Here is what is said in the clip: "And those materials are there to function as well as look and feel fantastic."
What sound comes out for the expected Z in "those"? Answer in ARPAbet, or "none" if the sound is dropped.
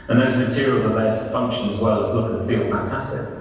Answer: Z